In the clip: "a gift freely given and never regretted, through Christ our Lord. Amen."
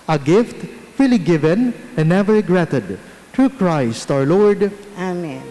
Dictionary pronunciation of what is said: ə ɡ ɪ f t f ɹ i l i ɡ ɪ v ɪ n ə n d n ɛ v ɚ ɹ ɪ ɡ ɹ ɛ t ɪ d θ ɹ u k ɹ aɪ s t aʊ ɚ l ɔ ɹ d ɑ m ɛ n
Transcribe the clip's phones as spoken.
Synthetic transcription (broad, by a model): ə ɡ ɪ f t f i l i ɡ ɪ v ɪ n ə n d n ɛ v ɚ ɹ ɪ ɡ ɹ ɛ t ɪ d t ɹ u k ɹ aɪ s t aʊ ɚ l ɔ ɹ d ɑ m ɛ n